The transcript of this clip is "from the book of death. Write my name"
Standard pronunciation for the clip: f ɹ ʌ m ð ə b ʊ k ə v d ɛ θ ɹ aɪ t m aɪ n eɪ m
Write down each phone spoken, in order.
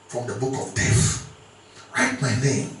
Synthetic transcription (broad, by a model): f ɹ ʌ m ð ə b ʊ k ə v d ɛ f ɹ aɪ t m aɪ n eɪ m